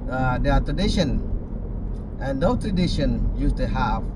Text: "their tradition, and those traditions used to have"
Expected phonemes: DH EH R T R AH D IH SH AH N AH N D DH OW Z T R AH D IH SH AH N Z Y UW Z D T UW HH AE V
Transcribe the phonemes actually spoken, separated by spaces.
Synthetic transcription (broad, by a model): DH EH T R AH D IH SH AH N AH N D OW T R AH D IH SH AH N Y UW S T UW HH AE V